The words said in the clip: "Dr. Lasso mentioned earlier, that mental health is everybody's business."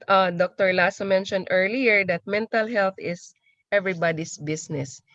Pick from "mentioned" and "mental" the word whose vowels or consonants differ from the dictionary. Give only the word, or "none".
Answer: none